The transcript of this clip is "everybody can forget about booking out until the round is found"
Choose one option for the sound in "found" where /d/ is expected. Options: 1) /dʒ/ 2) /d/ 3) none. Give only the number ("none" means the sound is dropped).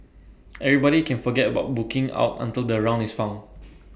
3